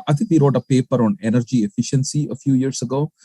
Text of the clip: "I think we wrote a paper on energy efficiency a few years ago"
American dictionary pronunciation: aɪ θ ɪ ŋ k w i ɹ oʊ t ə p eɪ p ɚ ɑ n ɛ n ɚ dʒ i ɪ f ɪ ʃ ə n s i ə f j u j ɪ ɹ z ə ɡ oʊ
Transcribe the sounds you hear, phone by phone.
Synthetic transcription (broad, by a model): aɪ t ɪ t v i ɹ oʊ t ə p eɪ p ɚ ɑ n ɛ n ɚ dʒ i ɪ f ɪ ʃ ə n s i ə f j u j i ɹ s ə ɡ oʊ